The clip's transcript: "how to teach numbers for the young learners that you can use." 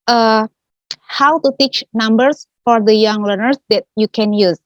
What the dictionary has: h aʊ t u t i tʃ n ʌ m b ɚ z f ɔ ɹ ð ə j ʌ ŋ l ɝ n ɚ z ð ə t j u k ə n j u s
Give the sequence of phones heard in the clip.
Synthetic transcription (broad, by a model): h aʊ t u t i tʃ n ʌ m b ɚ s f ɔ ɹ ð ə j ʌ ŋ l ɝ n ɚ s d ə t j u k ə n j u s